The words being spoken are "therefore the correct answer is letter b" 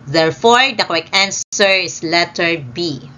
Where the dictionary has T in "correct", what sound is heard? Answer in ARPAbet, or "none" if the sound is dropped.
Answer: none